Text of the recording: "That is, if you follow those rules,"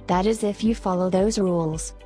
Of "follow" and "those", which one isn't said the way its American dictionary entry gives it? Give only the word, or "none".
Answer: none